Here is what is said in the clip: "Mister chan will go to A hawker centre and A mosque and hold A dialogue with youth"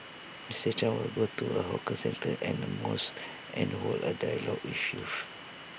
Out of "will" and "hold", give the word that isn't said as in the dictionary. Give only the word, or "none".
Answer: hold